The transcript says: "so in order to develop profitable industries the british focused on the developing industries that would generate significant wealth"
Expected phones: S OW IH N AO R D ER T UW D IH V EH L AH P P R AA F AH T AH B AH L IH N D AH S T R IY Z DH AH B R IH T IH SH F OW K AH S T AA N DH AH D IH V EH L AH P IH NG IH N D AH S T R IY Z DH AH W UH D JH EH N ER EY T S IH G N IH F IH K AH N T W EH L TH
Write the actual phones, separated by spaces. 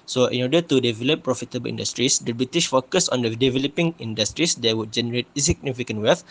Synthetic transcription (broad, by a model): S OW IH N AO D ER T UW D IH V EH L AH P P R AA F AH T AH B AH L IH N D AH S T R IY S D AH B R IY T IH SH F OW K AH S AA N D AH D IH V EH L AH P IH NG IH N D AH S T R IY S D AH W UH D JH EH N ER EY T S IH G N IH F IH K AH N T W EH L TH